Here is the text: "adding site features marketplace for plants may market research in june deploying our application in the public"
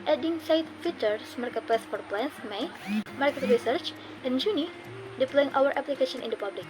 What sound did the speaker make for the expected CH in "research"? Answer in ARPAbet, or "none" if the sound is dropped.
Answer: CH